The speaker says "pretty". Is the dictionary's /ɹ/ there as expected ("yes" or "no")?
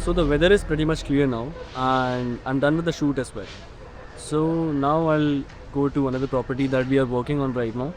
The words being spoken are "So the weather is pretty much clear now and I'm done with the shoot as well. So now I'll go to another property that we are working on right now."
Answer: yes